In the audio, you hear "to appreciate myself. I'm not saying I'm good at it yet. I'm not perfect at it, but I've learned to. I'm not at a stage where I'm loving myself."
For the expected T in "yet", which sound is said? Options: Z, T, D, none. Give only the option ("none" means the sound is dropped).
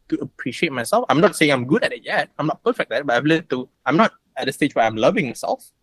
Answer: T